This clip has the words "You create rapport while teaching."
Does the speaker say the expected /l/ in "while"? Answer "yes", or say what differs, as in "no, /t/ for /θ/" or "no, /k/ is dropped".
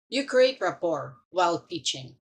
yes